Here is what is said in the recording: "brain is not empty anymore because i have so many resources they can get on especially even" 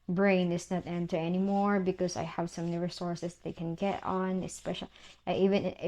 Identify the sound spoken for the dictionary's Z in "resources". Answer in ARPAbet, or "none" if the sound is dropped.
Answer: S